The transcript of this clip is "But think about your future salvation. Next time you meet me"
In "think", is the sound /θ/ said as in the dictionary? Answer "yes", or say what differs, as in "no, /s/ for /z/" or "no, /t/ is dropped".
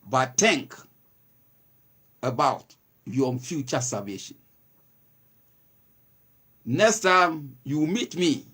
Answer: no, /t/ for /θ/